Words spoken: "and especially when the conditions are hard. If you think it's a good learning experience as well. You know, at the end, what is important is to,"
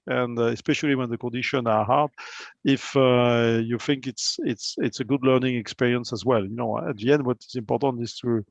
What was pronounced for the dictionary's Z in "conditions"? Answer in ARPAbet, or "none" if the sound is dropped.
none